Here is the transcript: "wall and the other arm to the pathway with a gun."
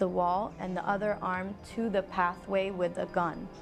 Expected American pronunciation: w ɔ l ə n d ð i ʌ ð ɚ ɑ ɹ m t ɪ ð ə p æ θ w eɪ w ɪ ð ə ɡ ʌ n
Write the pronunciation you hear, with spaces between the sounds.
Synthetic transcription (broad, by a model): w ɔ l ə n ð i ʌ ð ɚ ɑ ɹ m t ɪ ð ə p æ θ w eɪ w ɪ ð ə ɡ ʌ n